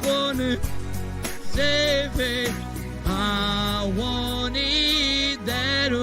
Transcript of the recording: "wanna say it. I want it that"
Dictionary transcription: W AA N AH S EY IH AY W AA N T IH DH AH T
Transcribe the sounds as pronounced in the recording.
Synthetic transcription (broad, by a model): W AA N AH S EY IH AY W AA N IH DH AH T